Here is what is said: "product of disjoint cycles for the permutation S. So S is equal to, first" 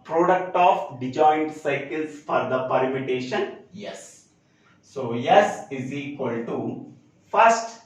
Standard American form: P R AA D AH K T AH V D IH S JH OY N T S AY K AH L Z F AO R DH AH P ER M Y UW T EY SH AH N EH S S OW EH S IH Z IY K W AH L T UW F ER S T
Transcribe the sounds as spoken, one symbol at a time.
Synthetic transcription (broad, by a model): P R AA D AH K T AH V D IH JH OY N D S AY K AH L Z F AO R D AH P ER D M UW T EY SH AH N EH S S OW EH S IH Z IY K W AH L T UW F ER S T